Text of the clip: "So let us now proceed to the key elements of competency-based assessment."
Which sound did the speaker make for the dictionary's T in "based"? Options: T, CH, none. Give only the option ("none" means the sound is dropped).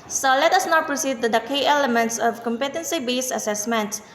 none